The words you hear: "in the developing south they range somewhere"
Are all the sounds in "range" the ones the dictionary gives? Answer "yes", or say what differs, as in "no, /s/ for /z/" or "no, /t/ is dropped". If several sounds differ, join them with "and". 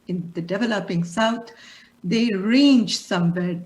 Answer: yes